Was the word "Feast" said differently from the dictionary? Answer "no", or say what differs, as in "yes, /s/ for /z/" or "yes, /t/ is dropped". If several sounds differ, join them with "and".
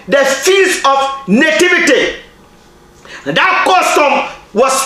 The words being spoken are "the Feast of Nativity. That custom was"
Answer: yes, /t/ is dropped